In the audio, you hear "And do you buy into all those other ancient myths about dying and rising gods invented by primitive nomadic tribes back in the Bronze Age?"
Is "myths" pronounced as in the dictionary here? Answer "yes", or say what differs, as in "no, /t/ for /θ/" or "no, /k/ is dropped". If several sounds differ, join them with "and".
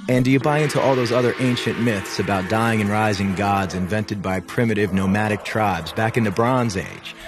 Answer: yes